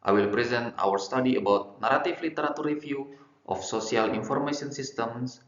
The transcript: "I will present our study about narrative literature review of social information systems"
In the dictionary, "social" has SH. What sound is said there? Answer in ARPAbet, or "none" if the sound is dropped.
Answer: S